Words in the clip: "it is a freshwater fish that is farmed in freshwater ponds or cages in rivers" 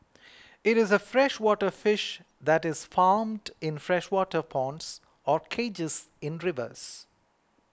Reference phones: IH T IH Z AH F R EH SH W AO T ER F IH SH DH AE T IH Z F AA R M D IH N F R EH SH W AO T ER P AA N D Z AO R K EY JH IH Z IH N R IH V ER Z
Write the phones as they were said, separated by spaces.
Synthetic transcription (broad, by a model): IH T IH Z AH F R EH SH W AO T ER F IH SH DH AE T IH Z F AA R M D IH N F R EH SH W AO T ER P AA N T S AO R K EY JH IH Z IH N R IH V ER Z